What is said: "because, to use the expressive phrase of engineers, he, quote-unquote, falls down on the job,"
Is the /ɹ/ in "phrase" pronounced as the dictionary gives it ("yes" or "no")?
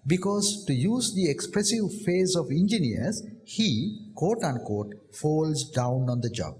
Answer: no